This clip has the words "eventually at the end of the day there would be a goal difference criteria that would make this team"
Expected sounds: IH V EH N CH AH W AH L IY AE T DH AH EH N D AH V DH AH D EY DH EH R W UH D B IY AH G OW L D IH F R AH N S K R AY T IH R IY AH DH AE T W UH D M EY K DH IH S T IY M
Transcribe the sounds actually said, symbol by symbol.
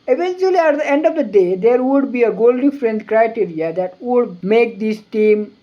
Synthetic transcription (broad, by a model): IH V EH N CH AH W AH L IY AE T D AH EH N D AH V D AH D EY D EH R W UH D B IY AH G OW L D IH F R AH N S K R AY T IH R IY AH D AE T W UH D M EY K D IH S T IY M